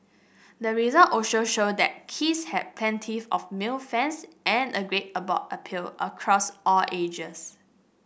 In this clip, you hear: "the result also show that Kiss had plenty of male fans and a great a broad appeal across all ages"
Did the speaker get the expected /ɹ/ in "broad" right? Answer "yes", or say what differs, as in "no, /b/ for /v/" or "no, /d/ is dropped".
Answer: no, /ɹ/ is dropped